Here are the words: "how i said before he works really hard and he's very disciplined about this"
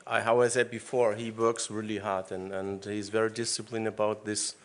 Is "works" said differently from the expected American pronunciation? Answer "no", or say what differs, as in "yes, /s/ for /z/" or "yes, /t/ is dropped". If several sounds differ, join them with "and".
no